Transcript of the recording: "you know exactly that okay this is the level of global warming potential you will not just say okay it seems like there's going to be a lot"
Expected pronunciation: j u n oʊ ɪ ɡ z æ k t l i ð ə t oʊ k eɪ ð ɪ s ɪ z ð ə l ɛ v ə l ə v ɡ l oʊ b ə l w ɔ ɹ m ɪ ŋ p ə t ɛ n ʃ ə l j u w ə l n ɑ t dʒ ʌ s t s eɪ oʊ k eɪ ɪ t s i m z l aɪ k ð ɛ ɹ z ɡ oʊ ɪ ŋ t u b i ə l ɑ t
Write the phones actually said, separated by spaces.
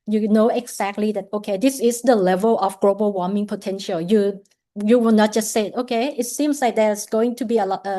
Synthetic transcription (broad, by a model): j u n oʊ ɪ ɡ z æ k t l i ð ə t oʊ k eɪ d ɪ s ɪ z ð ə l ɛ v ə l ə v ɡ l oʊ b ə l w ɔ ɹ m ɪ ŋ p ə t ɛ n ʃ ə l j u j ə w n ɑ t dʒ ʌ s t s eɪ oʊ k eɪ ɪ t s i m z l aɪ k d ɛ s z ɡ oʊ ɪ ŋ t u b i ə l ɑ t